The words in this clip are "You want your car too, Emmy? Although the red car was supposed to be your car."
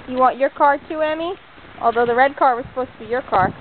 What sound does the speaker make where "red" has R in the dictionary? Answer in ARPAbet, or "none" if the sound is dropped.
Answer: R